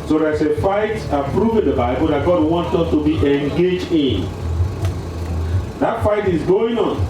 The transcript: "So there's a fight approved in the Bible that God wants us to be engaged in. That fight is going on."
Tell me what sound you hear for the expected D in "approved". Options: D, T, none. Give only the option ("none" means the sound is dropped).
none